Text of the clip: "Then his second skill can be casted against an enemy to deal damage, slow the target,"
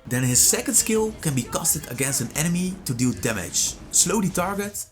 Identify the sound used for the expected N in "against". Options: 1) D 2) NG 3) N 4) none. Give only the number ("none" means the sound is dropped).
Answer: 3